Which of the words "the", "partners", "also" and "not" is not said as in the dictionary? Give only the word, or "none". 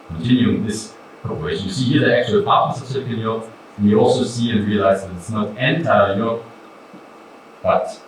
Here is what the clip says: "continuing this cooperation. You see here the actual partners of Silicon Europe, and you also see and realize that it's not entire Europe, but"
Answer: partners